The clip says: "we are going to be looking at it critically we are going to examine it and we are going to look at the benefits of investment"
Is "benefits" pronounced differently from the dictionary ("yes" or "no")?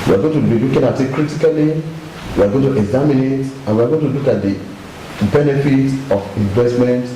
yes